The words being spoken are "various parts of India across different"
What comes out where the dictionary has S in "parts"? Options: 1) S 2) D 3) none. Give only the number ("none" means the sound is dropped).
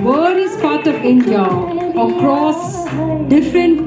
3